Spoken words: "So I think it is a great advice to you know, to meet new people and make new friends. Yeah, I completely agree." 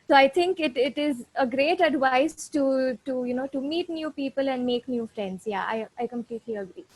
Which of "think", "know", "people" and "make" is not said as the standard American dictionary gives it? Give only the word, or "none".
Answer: think